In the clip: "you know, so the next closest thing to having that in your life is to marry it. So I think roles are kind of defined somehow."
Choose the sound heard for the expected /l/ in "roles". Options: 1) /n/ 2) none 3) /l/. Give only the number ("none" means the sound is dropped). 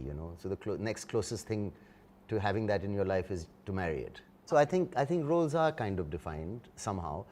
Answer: 3